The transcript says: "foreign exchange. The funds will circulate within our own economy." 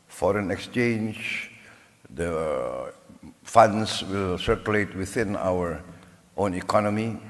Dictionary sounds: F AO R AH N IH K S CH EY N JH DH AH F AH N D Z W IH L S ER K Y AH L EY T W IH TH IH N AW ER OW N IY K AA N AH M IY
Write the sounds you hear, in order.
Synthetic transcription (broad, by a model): F AO R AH N IH K S CH EY N JH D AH F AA N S W IH L S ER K Y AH L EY T W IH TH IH N AW ER OW N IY K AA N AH M IY